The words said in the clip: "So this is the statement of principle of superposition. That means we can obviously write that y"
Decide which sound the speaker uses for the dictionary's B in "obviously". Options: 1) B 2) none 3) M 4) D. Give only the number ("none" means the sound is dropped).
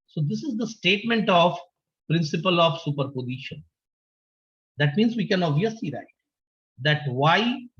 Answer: 2